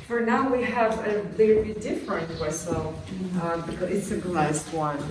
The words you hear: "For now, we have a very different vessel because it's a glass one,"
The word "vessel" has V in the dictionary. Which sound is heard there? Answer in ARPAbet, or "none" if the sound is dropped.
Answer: W